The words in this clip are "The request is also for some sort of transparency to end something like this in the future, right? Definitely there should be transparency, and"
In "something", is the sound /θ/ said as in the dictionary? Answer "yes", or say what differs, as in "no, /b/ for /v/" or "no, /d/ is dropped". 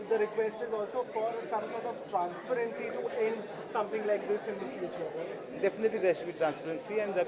no, /t/ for /θ/